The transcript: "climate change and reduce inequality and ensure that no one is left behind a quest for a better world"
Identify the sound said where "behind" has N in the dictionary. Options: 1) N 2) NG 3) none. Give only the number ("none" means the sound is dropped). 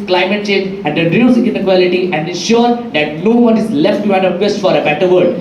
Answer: 3